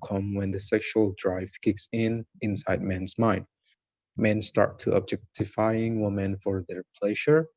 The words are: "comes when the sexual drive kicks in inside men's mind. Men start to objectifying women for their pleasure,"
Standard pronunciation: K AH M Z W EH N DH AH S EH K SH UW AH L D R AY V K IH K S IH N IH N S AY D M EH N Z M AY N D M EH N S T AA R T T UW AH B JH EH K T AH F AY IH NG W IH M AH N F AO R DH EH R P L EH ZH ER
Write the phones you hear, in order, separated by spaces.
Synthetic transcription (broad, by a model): K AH M W EH N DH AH S EH K SH UW AH L D R AY V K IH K S IH N IH N S AY D M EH N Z M AY N D M EH N S T AA R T T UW AH B JH EH K T AH F AY IH NG W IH M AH N F AO R DH EH R P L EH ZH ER